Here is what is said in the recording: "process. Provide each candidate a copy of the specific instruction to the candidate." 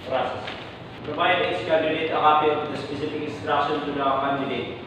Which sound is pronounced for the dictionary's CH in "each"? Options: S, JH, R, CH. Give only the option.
S